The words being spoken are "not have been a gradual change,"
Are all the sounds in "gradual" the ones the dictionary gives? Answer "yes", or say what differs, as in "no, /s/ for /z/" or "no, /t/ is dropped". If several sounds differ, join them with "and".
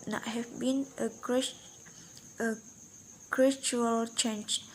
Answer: no, /tʃ/ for /dʒ/